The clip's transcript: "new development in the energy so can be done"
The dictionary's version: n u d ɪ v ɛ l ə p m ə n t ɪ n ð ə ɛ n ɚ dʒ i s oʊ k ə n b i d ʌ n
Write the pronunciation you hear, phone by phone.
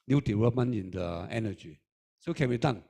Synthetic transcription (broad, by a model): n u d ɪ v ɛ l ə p m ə n ɪ n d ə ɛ n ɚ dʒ i s oʊ k ə n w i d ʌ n